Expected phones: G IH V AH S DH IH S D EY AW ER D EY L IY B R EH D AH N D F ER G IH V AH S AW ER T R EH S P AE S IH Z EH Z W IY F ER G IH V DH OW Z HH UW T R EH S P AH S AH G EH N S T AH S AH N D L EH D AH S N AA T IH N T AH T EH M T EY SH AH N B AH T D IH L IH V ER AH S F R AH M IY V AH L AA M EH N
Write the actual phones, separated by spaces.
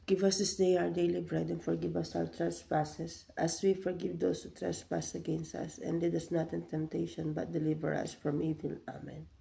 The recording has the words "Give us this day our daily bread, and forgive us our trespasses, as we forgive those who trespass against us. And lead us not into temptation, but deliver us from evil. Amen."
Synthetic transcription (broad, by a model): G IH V AH S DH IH S D EY AW ER D EY L IY B R EH D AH N F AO G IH V AH S AW ER T R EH S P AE S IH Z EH S W IY F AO G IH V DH OW S HH UW T R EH S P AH S AH G EH N S T AH S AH N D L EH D AH S N AA T IH N T AH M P T EY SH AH N B AH T D IH L IH V ER AH S F R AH M IY V AH L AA M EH N